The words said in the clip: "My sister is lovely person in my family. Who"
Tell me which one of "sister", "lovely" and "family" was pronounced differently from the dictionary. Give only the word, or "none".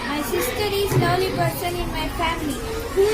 lovely